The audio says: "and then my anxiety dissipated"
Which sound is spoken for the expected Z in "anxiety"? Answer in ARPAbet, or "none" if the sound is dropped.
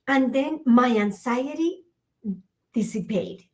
S